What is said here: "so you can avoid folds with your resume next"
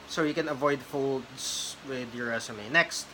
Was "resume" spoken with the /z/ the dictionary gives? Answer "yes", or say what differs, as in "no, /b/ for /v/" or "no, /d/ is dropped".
no, /s/ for /z/